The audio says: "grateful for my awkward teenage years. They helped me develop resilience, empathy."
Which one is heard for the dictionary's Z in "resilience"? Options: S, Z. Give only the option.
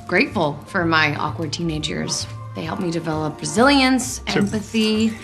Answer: Z